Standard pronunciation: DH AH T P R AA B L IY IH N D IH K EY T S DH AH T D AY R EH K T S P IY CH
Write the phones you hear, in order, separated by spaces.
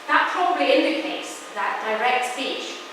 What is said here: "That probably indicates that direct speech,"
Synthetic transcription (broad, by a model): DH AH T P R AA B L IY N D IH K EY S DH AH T D AY R EH K T S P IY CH